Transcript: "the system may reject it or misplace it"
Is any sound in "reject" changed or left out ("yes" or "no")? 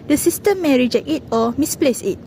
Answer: yes